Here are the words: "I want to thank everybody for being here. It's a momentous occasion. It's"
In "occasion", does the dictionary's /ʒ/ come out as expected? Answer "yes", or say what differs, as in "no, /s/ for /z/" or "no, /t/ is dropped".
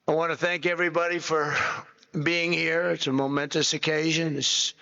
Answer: yes